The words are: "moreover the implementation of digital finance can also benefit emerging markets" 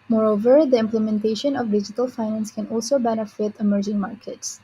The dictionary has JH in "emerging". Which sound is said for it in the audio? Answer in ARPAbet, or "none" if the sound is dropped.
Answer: JH